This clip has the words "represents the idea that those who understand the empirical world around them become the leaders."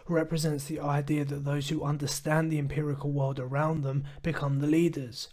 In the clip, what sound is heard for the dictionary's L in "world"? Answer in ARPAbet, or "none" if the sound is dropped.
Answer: L